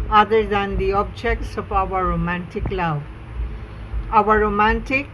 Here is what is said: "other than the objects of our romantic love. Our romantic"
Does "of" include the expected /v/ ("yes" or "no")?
no